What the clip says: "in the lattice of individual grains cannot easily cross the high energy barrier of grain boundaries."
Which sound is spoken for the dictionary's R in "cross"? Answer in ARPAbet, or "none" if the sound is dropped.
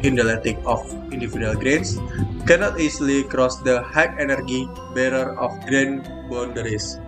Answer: R